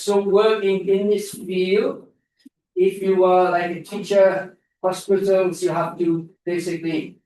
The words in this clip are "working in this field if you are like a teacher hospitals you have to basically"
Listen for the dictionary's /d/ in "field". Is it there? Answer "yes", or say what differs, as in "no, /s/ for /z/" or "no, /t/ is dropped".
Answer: no, /d/ is dropped